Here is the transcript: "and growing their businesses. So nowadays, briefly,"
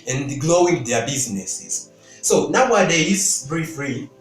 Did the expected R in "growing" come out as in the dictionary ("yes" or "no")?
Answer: no